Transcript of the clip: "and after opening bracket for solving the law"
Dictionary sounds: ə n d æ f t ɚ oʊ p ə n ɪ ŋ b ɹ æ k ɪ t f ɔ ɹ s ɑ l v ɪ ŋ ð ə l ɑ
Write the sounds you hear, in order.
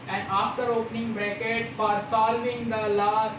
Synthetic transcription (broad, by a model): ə n d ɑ f t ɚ oʊ p ə n ɪ ŋ b ɹ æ k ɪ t f ɔ ɹ s ɑ l v ɪ ŋ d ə l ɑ